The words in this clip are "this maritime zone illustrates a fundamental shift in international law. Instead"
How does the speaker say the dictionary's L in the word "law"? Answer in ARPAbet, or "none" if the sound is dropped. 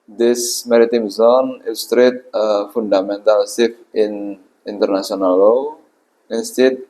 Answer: L